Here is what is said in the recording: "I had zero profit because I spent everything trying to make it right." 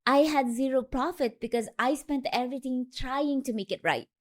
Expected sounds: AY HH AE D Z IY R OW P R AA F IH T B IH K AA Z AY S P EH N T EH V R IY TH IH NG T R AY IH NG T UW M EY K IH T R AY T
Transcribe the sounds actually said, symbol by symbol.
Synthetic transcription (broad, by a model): AY HH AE D Z IY R OW P R AA F IH T B IH K AA Z AY S P EH N T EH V R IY T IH NG T R AY IH NG T UW M EY K IH T R AY T